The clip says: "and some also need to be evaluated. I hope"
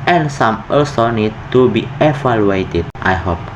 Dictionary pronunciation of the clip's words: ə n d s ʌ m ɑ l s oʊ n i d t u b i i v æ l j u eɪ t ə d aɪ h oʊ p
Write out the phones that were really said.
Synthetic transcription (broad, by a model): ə n s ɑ m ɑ s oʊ n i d t u b i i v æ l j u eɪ t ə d aɪ h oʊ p